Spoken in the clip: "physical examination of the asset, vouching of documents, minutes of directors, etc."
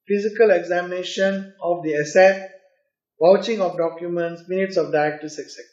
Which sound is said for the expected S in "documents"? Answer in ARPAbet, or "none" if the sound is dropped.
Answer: S